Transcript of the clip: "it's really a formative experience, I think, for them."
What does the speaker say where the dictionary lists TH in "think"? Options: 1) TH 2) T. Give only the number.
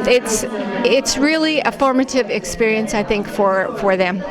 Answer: 1